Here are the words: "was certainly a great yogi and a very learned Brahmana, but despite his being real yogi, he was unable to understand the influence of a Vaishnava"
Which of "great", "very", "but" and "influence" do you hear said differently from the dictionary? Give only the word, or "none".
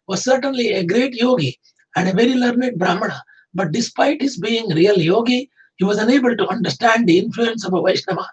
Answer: none